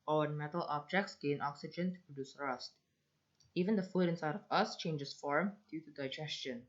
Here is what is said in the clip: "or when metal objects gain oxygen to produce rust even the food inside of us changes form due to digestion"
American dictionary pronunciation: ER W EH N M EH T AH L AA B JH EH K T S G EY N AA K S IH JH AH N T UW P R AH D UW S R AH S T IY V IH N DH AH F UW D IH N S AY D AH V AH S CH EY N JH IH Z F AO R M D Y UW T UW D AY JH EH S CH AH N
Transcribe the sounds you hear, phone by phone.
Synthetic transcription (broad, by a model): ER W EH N M EH T AH L AA B JH EH K T S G EY N AA K S IH JH AH N T UW P R AH D UW S R AH S T IY V IH N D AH F UW D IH N S AY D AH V AH S CH EY N JH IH S F AO R M D Y UW T UW D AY JH EH S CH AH N